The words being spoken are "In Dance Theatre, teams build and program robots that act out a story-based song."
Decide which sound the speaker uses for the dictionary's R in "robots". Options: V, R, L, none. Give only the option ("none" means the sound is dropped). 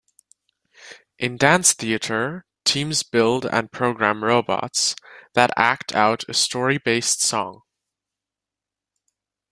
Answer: R